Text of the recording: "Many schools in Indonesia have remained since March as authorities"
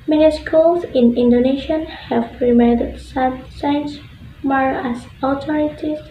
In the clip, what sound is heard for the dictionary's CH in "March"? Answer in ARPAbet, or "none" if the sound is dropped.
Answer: none